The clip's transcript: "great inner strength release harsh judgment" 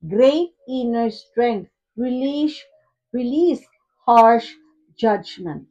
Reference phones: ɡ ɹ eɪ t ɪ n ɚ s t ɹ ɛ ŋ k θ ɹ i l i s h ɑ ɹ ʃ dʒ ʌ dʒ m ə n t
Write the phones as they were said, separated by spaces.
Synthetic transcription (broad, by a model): ɡ ɹ eɪ t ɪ n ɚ s t ɹ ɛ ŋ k t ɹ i l i s h ɑ ɹ ʃ dʒ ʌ dʒ m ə n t